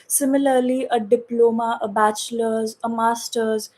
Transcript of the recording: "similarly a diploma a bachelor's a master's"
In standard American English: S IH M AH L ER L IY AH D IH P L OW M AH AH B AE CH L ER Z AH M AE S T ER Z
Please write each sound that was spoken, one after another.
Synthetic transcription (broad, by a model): S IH M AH L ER L IY AH D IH P L OW M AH AH B AE CH L ER Z AH M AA S T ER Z